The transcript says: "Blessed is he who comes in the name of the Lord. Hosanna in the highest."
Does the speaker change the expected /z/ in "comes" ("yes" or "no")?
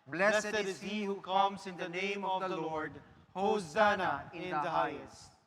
yes